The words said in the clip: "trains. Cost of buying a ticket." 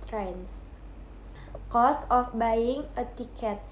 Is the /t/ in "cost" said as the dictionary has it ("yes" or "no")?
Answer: yes